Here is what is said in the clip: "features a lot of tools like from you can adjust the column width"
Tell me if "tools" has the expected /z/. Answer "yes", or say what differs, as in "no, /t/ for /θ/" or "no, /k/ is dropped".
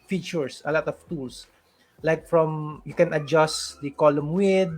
no, /s/ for /z/